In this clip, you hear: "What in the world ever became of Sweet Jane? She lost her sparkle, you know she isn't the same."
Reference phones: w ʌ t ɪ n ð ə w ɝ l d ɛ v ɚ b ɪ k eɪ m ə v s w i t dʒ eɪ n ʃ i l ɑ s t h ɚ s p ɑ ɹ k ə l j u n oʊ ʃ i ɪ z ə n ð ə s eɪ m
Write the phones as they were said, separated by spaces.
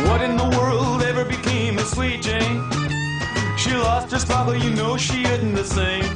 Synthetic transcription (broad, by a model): w ʌ t ɪ n ð ə w ɝ l d ɛ v ɚ b ɪ k eɪ m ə s w i t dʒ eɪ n ʃ i l ɑ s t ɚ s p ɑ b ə j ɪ n oʊ ʃ i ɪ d n ð ə s eɪ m